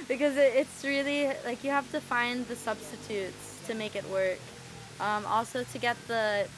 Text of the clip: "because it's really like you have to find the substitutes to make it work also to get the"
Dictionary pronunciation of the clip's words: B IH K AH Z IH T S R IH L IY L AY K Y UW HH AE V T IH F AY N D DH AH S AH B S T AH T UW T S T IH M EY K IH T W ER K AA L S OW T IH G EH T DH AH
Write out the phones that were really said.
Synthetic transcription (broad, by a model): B IH K AH Z IH T S R IH L IY L AY K Y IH HH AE F T IH F AY N DH AH S AH B S T AH T UW T S T IH M EY K IH T W ER K AA L S OW T IH G EH T DH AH